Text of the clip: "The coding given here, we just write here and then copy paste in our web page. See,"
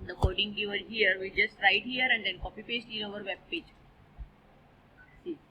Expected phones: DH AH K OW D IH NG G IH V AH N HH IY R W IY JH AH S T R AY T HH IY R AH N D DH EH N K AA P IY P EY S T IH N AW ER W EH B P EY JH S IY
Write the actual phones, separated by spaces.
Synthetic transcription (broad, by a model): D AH K OW D IH NG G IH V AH L HH IY R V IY JH AH S T R AY T HH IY R AH N D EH N K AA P IY P EY S T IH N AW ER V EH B P EY JH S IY